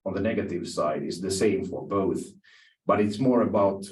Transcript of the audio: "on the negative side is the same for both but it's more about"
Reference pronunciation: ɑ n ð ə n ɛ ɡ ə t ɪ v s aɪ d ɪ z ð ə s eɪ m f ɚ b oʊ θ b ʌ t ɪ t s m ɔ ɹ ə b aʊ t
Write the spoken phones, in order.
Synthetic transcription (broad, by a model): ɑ n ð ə n ɛ ɡ ə t ɪ v s aɪ d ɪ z ð ə s eɪ m f ɚ b oʊ θ b ʌ t ɪ t s m ɔ ɹ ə b aʊ t